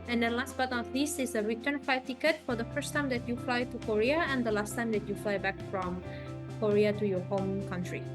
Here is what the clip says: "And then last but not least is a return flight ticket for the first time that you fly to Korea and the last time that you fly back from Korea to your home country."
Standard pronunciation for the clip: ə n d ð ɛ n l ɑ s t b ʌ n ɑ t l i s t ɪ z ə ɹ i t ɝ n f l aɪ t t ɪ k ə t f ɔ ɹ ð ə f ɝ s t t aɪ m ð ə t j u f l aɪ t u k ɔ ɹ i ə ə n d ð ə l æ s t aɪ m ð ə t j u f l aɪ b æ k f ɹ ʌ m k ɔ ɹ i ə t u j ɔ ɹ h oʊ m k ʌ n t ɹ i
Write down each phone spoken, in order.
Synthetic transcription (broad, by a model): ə n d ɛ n l ɑ s t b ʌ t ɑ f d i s ɪ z ə ɹ i t ɝ n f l aɪ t t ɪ k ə t f ɔ ɹ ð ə f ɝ s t t aɪ m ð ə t j u f l aɪ t u k ɔ ɹ i ə ə n d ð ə l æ s t aɪ m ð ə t j u f l aɪ b æ k f ɹ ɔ m k ɔ ɹ i ə t u j ɔ ɹ h oʊ m k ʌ n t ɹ i